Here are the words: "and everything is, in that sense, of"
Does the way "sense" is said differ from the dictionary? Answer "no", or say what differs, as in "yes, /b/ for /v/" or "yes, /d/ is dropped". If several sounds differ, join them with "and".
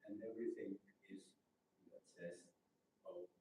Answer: yes, /n/ is dropped